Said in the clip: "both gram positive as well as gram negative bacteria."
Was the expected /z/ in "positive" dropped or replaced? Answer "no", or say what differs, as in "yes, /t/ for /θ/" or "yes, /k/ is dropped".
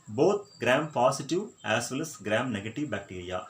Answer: yes, /s/ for /z/